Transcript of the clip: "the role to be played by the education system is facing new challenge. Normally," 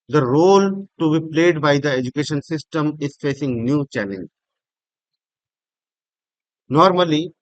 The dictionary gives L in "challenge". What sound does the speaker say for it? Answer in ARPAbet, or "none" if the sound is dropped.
N